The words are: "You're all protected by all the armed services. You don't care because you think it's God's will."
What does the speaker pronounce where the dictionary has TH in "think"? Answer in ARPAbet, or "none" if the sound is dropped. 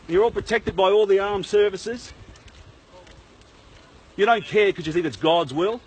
TH